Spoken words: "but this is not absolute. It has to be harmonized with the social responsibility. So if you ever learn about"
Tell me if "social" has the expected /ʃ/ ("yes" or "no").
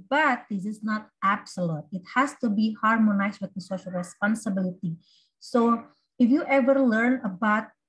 yes